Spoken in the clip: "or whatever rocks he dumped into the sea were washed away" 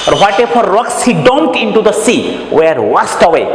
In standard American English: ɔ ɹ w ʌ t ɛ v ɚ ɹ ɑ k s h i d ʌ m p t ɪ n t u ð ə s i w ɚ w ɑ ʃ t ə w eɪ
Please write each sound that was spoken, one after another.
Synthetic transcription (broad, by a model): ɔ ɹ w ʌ t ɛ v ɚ ɹ ɑ k s h i d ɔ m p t ɪ n t u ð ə s i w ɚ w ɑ s t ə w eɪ